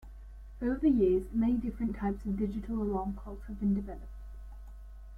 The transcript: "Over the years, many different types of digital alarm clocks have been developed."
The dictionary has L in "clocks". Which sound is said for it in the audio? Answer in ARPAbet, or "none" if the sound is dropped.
none